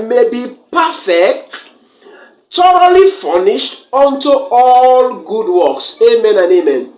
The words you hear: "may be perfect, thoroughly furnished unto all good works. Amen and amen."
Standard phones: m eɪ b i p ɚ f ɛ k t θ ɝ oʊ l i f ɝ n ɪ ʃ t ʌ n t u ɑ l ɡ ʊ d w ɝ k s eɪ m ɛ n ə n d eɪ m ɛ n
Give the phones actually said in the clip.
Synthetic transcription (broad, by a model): m eɪ b i p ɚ f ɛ k t t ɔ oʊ l i f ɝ n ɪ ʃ t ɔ n t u ɑ l ɡ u d w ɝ k s eɪ m ɛ n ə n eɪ m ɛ n